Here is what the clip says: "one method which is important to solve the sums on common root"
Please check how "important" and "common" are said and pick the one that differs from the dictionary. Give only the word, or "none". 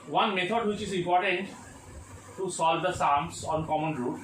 none